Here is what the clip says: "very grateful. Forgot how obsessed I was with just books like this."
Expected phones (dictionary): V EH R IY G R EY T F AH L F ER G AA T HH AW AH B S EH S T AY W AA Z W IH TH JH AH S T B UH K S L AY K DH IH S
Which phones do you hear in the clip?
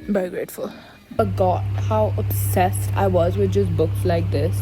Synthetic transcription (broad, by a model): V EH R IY G R EY T F AH L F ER G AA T HH AW AH B S EH S T AY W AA Z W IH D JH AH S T B UH K S L AY K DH IH S